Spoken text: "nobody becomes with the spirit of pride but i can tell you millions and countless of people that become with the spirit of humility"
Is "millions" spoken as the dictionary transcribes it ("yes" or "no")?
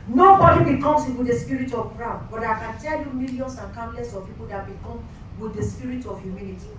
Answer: no